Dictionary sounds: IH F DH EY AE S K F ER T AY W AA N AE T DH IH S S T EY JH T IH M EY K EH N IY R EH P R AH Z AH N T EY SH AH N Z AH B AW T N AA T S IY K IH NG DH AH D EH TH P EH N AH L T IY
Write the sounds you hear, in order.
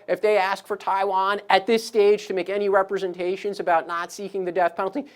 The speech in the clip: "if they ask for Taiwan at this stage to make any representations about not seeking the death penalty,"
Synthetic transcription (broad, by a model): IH F DH EY AE S K F ER T AY W AA N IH T DH IH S S T EY JH T IH M EY K EH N IY R EH P R AH Z AH N T EY SH AH N Z AH B AW T N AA T S IY K IH NG DH AH D EH TH P EH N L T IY